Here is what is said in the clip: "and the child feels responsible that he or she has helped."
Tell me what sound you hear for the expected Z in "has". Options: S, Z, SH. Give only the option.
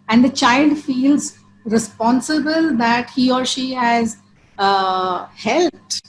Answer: Z